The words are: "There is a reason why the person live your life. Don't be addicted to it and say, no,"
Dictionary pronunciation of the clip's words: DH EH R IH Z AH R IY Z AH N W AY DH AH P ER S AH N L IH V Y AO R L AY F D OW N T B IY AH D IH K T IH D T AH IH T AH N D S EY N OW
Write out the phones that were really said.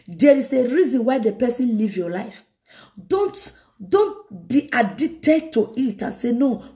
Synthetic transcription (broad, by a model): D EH R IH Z AH R IY Z AH N W AY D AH P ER S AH N L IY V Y AO L AY F D OW N T B IY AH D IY T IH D T AH IH T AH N S EY N OW